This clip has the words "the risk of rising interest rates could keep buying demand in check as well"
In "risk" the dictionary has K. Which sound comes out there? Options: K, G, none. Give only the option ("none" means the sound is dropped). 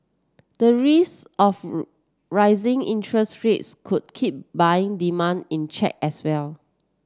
none